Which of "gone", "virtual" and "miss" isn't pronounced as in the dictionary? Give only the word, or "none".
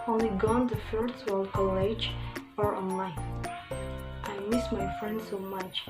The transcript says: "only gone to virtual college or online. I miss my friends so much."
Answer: virtual